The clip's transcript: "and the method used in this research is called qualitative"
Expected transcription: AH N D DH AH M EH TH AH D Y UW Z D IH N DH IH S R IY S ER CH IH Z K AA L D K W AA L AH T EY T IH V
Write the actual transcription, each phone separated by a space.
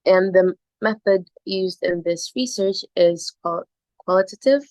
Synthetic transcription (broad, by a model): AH N DH AH M EH TH AH D Y UW Z D IH N DH IH S R IY S ER CH IH Z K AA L K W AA L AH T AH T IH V